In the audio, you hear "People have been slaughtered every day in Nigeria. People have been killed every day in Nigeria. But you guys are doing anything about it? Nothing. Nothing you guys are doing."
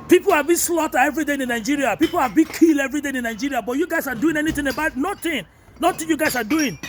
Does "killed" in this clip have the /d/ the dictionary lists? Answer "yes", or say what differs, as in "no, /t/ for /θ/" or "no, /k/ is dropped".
no, /d/ is dropped